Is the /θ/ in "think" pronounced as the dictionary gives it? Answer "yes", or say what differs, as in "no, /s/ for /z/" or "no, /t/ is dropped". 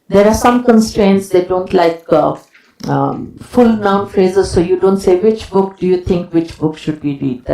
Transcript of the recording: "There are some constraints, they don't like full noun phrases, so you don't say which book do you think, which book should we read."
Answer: no, /t/ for /θ/